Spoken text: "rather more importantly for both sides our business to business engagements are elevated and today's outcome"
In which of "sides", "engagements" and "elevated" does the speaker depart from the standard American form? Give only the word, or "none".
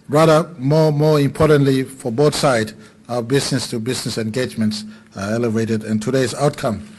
sides